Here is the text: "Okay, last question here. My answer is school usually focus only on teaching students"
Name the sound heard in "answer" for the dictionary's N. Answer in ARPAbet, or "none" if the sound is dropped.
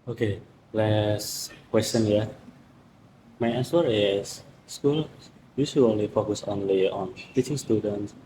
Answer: none